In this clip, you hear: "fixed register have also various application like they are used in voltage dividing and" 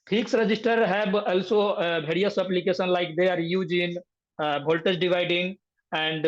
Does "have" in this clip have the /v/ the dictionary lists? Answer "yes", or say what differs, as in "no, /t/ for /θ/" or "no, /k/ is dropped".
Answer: no, /b/ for /v/